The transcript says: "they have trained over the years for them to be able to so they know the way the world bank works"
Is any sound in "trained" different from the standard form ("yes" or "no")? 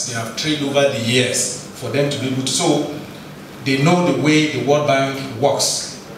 yes